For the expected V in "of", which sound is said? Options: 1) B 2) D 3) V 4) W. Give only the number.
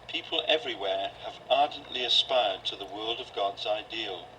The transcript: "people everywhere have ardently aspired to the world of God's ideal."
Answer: 3